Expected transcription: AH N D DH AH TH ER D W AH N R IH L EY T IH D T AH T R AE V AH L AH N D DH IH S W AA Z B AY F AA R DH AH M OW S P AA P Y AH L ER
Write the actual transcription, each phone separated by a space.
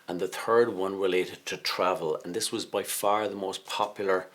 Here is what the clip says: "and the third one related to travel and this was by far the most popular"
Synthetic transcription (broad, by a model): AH N DH AH TH ER D W AH N R IH L EY T IH D T AH T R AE V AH L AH N DH IH S W AA Z B AY F AA R DH AH M OW S P AA P Y L ER